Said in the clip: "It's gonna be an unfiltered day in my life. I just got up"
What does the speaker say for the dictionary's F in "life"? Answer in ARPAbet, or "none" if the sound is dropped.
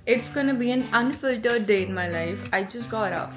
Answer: F